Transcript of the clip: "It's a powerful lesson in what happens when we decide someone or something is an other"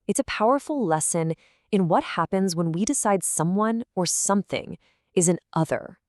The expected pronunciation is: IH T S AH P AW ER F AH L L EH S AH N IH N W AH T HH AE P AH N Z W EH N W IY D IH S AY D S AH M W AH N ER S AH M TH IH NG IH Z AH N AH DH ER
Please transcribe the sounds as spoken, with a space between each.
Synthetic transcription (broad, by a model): IH T S AH P AW ER F L L EH S AH N IH N W AH T HH AE P AH N Z W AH N W IY D IH S AY D S AH M W AH N ER S AH M TH IH NG IH Z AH N AH DH ER